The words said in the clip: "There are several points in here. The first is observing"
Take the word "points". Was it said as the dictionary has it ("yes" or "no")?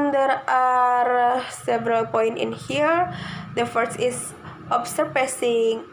no